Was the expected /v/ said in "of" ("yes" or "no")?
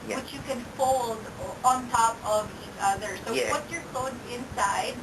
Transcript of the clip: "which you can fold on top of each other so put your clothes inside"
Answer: yes